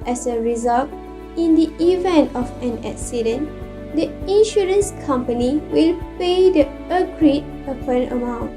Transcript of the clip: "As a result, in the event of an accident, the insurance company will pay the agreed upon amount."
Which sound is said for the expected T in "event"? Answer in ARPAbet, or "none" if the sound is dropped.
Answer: T